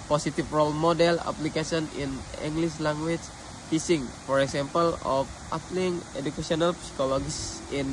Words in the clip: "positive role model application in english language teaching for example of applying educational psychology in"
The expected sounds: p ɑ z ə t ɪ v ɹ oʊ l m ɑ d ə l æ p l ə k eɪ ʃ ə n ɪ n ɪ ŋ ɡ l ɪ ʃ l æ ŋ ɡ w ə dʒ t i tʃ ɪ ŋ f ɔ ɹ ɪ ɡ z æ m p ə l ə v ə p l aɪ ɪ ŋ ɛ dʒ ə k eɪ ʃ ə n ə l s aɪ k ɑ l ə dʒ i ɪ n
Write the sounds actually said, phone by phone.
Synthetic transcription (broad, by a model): p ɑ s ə t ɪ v ɹ oʊ l m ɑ d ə l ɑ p l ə k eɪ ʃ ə n ɪ n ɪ ŋ ɡ l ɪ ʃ l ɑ ŋ ɡ w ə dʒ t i s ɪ ŋ f ɔ ɹ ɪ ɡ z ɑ m p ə l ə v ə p l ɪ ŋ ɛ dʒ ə k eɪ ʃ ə n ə l s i k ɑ l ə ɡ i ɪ n